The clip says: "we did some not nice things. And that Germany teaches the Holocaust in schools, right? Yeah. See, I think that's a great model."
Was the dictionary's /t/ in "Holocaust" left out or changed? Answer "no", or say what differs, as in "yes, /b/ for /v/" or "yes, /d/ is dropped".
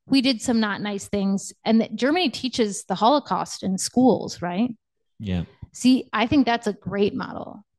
no